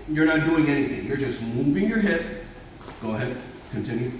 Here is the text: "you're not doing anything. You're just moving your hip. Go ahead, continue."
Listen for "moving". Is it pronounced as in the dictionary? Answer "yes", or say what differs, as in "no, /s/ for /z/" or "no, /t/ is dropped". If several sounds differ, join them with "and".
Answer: yes